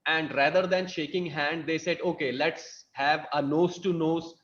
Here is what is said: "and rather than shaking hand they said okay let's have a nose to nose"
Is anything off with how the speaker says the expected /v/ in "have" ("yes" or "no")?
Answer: no